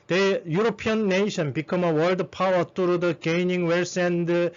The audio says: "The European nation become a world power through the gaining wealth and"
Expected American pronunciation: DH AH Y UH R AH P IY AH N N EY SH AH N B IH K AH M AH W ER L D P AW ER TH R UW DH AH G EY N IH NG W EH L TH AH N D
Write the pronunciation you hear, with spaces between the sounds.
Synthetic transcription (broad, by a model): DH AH Y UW R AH P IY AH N N EY SH AH N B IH K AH M AH W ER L D P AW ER T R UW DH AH G EY N IH NG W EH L S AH N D